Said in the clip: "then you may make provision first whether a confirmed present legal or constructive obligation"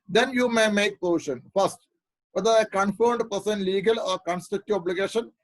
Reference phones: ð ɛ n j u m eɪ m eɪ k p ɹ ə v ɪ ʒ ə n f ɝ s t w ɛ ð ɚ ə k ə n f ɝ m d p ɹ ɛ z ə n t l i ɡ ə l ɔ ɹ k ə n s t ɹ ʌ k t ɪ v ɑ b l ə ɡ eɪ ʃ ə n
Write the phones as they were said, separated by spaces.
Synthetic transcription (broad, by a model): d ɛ n j u m eɪ m eɪ k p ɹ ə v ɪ ʃ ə n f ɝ s t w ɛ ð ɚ ə k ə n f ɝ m d p ʌ s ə n l i ɡ ə l ɔ ɹ k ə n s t ʌ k t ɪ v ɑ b l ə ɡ eɪ ʃ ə n